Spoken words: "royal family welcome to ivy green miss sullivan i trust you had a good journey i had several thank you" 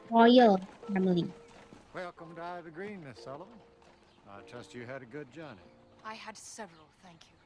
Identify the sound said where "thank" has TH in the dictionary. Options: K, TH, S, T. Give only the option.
TH